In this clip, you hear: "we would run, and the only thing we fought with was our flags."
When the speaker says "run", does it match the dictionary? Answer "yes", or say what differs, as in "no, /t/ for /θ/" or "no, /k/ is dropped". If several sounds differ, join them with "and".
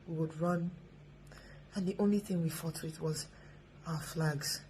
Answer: yes